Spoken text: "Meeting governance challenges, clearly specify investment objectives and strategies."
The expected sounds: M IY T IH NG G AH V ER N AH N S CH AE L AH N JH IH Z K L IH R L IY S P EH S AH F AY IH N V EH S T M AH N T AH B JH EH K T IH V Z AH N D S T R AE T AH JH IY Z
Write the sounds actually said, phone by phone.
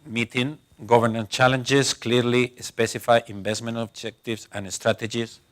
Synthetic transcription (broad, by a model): M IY T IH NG G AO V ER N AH N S CH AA L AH N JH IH S K L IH R L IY S P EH S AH F AY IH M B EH S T M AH N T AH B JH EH K T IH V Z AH N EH S T R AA T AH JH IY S